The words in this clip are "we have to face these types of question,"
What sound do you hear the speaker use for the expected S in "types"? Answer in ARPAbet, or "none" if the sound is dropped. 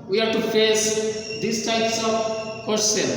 S